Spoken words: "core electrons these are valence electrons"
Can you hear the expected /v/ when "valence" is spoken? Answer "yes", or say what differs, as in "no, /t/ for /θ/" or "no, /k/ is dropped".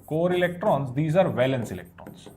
yes